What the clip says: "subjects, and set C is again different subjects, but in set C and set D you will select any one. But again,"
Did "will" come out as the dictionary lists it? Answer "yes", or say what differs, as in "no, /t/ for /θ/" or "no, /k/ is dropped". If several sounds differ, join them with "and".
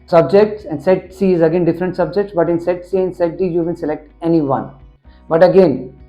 no, /n/ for /l/